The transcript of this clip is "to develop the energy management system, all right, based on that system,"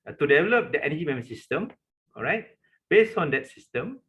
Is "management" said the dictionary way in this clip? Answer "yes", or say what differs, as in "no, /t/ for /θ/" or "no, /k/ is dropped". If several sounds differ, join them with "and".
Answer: no, /dʒ/ is dropped